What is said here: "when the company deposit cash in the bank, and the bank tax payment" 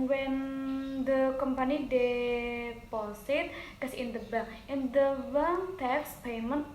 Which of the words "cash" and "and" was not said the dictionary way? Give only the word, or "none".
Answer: cash